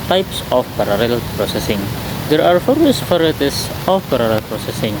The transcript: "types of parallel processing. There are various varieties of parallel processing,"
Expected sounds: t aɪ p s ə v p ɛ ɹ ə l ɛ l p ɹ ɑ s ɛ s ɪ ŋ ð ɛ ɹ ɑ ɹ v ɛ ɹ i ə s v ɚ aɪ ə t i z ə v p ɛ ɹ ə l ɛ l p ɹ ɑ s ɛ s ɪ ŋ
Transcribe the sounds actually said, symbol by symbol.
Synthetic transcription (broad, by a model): t aɪ p s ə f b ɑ ɹ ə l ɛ l p ɹ ɑ s ɛ s ɪ ŋ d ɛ ɹ ɑ ɹ f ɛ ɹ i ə s p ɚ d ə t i s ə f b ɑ ɹ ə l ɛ l p ɹ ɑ s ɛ s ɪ ŋ